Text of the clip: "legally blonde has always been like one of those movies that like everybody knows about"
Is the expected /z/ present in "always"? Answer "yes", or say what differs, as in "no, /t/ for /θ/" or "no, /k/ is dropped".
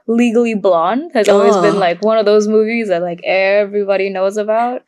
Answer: yes